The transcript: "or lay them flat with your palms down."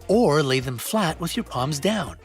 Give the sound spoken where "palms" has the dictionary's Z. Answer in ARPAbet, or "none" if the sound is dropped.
Z